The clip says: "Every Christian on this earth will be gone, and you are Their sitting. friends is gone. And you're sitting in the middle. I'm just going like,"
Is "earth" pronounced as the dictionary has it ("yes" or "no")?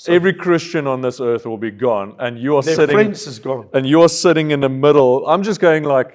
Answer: yes